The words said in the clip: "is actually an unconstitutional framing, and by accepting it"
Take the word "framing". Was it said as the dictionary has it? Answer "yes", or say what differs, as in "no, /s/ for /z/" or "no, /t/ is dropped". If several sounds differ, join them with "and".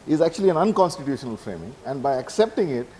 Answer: yes